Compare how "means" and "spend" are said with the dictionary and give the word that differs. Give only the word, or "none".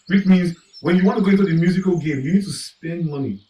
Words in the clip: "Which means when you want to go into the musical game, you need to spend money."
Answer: none